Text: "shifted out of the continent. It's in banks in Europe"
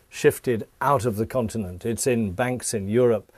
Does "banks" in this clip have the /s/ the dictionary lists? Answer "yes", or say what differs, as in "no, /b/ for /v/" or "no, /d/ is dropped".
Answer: yes